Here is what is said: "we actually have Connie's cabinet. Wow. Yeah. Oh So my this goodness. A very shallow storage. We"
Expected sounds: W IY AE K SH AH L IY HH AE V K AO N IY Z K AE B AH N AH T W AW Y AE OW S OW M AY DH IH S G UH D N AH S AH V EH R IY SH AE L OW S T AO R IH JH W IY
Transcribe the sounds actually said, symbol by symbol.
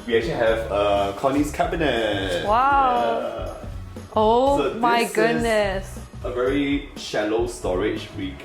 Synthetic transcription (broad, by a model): W IY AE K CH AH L IY HH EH V K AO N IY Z K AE B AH N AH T W AW OW S OW M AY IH G UH D N AH S AH V EH R IY SH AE L OW S T AO R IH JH W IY